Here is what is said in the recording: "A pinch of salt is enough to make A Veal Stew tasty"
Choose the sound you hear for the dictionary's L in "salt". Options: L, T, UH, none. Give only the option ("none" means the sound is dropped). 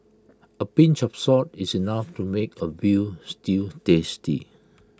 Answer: none